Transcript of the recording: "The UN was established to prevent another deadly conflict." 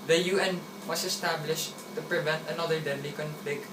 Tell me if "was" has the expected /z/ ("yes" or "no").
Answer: no